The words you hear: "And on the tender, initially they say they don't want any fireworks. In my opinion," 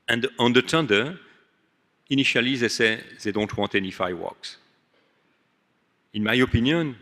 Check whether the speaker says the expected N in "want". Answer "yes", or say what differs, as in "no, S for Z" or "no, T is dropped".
no, N is dropped